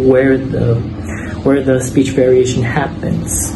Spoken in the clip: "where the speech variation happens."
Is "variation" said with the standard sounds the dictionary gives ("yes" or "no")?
yes